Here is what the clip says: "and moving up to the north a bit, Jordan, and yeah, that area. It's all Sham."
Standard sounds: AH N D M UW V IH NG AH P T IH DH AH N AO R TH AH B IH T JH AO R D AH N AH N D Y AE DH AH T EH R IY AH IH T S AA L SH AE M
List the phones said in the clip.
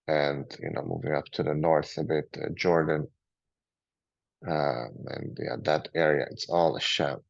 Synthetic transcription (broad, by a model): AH N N M UW V IH NG AH P T IH DH AH N AO R TH AH B IH T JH AO R D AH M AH N Y AE DH AH T EH R IY AH IH T S AA L SH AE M